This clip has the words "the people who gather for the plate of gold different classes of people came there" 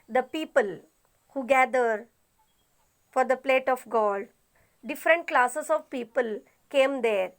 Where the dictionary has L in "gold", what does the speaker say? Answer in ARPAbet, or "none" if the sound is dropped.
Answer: none